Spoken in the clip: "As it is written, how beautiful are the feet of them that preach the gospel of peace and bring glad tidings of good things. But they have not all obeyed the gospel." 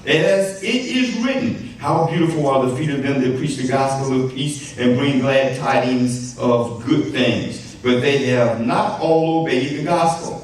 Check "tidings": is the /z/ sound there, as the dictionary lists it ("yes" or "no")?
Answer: yes